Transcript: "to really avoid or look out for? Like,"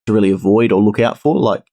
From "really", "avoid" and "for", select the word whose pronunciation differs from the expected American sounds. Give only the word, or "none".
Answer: none